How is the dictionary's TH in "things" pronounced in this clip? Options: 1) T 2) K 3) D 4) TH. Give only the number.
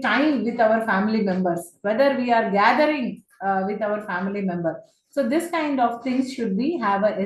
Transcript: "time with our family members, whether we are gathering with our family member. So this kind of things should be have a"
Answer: 1